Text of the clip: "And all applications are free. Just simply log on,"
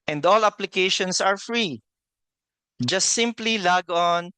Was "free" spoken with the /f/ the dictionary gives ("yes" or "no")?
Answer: yes